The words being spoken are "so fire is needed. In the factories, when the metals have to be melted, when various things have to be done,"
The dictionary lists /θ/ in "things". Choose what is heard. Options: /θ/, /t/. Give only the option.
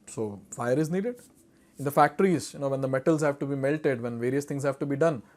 /t/